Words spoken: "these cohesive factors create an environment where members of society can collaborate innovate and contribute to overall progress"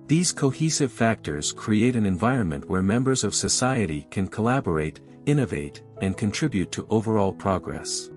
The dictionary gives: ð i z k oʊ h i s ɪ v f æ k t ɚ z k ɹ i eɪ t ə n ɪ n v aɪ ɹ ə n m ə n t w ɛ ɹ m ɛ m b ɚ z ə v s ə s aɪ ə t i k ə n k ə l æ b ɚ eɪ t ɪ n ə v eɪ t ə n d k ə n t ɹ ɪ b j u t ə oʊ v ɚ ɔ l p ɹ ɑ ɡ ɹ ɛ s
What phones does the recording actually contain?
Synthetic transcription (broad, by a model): ð i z k oʊ h i s ɪ v f æ k t ɚ z k ɹ i eɪ t ə n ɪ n v aɪ ɹ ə n m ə n t w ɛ ɹ m ɛ m b ɚ z ə v s ə s aɪ ə t i k ə n k ə l æ b ɚ eɪ t ɪ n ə v eɪ t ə n k ə n t ɹ ɪ b j u t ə oʊ v ɚ ɔ l p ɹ ɑ ɡ ɹ ɛ s